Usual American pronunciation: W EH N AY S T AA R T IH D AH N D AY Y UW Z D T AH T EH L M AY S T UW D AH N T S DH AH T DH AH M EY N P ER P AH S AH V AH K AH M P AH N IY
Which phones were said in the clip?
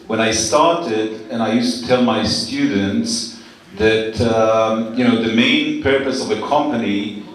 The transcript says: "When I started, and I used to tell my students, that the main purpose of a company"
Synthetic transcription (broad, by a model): W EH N AY S T AA R T IH D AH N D AY Y UW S T AH T EH L M AY S T UW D N T S DH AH T DH AH M EY N P ER P AH S AH V AH K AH M P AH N IY